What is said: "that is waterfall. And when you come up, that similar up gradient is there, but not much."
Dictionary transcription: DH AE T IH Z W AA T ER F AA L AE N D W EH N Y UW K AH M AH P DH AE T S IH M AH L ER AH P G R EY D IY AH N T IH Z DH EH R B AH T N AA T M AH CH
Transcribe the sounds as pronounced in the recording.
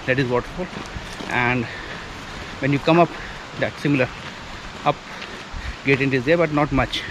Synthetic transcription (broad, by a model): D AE T IH Z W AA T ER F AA L AE N D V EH N Y UW K AH M AH P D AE T S IH M AH L ER AH P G EY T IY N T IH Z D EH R B AH T N AA T M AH CH